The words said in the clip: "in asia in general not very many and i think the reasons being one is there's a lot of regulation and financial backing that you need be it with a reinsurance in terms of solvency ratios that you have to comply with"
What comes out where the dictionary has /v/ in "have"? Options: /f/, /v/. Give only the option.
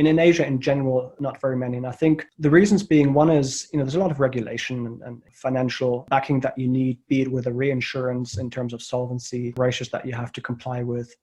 /f/